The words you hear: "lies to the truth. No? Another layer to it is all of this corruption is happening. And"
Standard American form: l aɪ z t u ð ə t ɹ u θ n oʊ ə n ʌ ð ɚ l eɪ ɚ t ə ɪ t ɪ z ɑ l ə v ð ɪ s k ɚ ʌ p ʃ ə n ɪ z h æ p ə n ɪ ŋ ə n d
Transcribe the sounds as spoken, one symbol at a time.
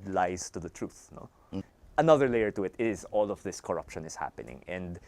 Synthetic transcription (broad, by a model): l aɪ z t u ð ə t ɹ u θ n oʊ ə n ʌ ð ɚ l eɪ ɚ t ə ɪ t ɪ z ɑ l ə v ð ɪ s k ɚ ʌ p ʃ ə n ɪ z h æ p ə n ɪ ŋ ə n d